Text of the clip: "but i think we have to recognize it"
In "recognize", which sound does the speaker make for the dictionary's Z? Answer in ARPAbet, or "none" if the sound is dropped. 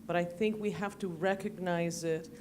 Z